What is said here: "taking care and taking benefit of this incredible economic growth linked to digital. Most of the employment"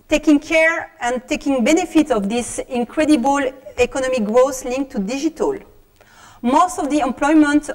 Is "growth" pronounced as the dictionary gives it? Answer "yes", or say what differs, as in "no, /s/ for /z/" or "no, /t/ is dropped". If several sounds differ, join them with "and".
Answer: no, /s/ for /θ/